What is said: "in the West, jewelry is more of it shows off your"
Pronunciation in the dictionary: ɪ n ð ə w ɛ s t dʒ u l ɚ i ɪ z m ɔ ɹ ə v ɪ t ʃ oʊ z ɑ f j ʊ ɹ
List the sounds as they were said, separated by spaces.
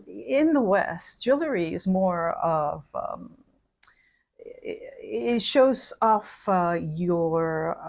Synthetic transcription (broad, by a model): ɪ n ð ə w ɛ s t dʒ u l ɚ i ɪ z m ɔ ɹ ə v ɪ t ʃ oʊ z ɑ f j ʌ ɹ